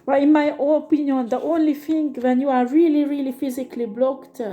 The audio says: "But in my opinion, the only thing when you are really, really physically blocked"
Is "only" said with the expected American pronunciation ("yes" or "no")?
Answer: yes